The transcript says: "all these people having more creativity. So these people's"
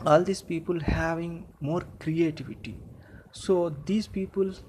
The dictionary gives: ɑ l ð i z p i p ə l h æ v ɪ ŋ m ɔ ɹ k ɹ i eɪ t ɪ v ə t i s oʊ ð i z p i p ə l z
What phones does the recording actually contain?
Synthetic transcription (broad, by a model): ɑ l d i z p i p ə l h æ v ɪ ŋ m ɔ ɹ k ɹ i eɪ t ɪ v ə t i s oʊ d i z p i p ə l